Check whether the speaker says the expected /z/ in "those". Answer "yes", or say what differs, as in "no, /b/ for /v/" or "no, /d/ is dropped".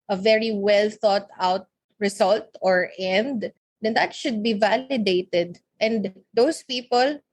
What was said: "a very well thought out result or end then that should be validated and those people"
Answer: no, /s/ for /z/